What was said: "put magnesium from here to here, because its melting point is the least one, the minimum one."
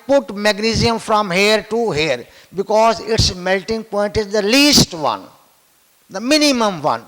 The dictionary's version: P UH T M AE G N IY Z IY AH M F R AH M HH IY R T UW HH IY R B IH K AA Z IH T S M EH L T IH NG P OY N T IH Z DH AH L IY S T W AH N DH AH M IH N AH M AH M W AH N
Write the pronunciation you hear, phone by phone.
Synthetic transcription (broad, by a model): P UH T M AE G N IY Z IY AH M F R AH M HH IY R T UW HH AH R B IH K AA Z IH T S M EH L T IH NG P OY N T IH Z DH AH L IY S T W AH N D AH M IH N AH M AH M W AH N